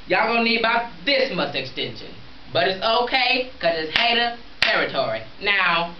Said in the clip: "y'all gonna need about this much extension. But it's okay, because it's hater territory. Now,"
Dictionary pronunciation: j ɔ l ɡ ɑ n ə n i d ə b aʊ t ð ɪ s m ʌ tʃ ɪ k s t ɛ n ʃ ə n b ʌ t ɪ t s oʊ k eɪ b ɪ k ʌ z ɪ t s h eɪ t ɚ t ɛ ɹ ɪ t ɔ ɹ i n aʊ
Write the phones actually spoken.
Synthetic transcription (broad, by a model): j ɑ ə n i d ə b aʊ t ð ɪ s m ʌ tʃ ɪ k s t ɛ n ʃ ə n b ʌ t ɪ t s oʊ k eɪ ɪ k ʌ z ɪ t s h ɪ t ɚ t ɛ ɹ ɪ t ɔ ɹ i n aʊ